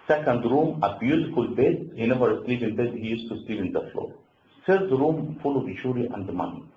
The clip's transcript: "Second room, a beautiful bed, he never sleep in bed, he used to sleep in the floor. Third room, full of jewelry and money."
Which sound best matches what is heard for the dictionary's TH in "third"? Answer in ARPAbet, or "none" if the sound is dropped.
S